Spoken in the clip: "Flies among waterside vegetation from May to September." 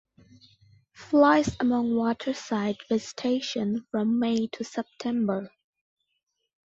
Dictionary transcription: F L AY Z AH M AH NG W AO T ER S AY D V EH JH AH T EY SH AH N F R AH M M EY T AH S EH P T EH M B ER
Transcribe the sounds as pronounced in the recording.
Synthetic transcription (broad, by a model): F L AY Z AH M AH NG W AO T ER S AY D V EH Z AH T EY SH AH N F R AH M M EY T AH S EH P T EH M B ER